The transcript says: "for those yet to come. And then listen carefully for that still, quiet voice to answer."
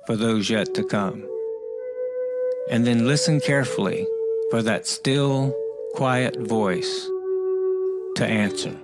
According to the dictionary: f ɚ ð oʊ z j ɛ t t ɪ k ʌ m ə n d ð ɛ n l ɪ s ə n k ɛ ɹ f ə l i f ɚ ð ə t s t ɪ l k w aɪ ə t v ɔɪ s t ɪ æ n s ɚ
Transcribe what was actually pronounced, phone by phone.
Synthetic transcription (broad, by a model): f ɚ ð oʊ z j ɛ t t ɪ k ʌ m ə n ð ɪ n l ɪ s ə n k ɛ ɹ f l i f ɚ ð ə t s t ɪ l k w aɪ ə t v ɔɪ s t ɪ æ n s ɚ